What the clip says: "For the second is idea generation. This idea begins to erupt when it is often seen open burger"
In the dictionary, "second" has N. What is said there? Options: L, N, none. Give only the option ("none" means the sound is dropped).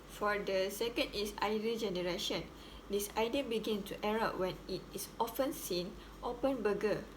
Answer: N